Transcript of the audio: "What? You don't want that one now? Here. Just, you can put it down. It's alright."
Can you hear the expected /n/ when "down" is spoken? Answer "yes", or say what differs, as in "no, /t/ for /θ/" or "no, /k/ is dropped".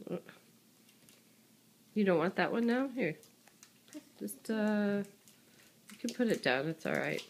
yes